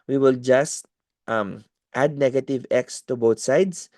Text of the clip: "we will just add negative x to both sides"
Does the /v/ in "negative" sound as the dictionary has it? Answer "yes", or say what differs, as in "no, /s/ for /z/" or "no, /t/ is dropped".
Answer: yes